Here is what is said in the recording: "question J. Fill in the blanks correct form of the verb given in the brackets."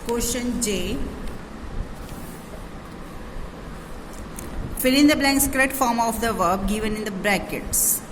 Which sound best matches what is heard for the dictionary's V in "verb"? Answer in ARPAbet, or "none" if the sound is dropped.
V